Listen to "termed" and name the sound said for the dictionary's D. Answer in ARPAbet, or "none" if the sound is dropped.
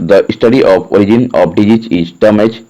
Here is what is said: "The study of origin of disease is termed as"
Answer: none